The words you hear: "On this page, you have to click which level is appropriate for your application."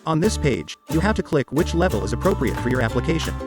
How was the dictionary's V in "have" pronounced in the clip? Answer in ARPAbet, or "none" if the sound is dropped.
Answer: F